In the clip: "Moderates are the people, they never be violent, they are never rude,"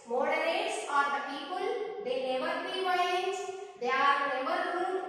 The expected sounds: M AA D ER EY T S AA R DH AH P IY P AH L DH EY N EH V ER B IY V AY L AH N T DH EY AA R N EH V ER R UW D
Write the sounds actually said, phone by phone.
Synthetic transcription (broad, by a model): M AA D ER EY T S AA R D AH P IY P AH L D EY N EH V ER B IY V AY AH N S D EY AA R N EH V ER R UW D